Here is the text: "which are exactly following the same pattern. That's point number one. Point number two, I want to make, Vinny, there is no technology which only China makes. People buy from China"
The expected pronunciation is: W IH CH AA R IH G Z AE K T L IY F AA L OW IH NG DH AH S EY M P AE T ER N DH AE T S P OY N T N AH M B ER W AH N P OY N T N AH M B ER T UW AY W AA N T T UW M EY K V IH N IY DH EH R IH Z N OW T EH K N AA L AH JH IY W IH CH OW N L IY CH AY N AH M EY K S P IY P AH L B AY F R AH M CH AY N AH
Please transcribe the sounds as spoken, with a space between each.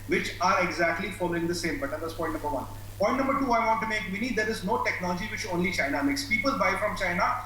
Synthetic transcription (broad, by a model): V IH CH AA R IH G Z AE K T L IY F AA L OW IH NG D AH S EY M B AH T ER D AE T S P OY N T N AH M B ER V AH N P OY N T N AH M B ER T UW AY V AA N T T UW M EY K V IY N IY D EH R IH Z N OW T EH K N AA L AH JH IY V IH CH OW N L IY CH AY N AH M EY K S P IY P AH L B AY F R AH M CH AY N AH